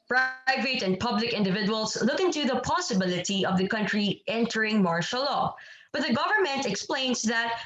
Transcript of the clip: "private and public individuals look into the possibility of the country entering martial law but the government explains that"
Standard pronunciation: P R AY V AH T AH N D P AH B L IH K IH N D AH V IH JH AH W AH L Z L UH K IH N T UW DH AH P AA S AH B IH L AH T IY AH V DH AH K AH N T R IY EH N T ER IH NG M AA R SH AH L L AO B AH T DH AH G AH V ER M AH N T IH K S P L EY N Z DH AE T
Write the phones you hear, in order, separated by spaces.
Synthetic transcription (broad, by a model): P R AY V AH T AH N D P AH B L IH K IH N D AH V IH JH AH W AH L S L UH K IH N T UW DH AH P AA S AH B IH L AH T IY AH V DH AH K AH N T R IY EH N T ER IH NG M AA R SH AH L L AO B AH T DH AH G AH V ER M AH N T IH K S P L EY N S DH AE T